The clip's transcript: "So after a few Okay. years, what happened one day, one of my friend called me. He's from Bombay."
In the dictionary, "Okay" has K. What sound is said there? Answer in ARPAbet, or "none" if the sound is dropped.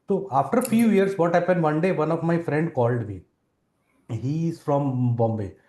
none